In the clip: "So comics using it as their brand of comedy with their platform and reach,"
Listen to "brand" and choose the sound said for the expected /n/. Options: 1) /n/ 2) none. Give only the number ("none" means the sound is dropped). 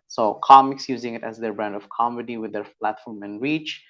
1